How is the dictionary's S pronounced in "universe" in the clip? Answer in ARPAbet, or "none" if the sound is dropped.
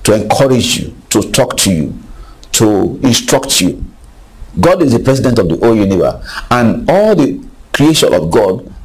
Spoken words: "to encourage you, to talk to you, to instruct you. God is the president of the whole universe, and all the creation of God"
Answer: none